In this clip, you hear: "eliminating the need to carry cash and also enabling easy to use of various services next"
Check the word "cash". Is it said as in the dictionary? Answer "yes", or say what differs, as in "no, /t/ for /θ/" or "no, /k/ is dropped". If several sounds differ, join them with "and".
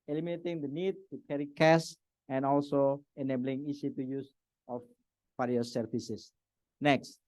no, /s/ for /ʃ/